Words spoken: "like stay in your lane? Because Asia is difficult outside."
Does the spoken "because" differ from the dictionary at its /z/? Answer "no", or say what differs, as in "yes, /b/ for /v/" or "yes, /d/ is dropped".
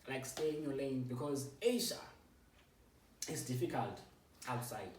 no